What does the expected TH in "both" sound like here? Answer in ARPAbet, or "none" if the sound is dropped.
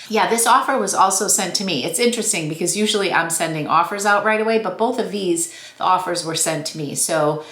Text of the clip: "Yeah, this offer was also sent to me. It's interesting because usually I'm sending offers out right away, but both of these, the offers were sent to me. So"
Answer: TH